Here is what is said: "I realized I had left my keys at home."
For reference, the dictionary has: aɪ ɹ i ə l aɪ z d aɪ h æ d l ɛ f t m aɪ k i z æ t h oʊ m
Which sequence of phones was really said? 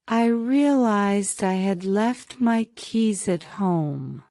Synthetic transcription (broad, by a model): aɪ ɹ i ə l aɪ z d aɪ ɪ d l ɛ f t m aɪ k i z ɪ t h oʊ m